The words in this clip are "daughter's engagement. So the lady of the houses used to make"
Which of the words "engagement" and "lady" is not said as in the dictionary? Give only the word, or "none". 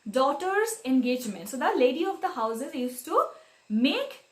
none